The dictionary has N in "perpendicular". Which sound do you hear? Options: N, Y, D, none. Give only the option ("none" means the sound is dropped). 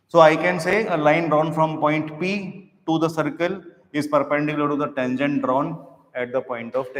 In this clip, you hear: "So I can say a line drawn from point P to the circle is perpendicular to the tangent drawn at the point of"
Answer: none